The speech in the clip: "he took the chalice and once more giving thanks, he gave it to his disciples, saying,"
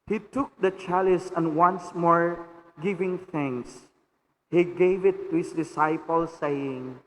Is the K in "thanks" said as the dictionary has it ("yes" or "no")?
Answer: no